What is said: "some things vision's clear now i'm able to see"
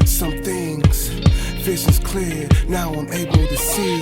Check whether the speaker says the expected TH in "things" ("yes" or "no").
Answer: yes